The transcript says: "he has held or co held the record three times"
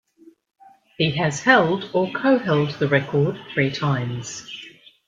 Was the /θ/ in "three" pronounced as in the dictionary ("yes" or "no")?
yes